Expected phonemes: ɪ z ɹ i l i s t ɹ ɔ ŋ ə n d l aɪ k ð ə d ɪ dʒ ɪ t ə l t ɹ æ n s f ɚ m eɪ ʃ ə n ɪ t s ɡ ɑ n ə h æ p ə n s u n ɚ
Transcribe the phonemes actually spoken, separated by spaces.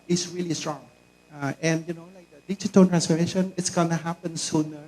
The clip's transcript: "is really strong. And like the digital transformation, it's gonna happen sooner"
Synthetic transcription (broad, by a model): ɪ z ɹ i l i s t ɹ ɔ ŋ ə n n l aɪ k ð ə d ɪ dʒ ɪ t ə n t ɹ æ n s f ɚ m eɪ ʃ ə n ɪ t s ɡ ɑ n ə h æ p ə n s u n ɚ